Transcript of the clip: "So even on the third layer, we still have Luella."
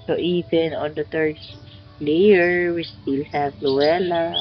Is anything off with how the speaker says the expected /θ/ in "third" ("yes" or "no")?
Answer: yes